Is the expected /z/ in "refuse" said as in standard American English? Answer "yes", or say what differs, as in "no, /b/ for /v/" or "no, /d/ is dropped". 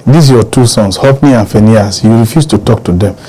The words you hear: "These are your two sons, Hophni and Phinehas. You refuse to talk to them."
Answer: no, /s/ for /z/